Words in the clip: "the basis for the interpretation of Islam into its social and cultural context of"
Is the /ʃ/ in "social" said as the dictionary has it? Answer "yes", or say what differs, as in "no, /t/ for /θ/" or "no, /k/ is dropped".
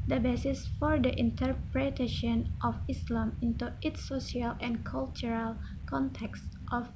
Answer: no, /ʃ/ is dropped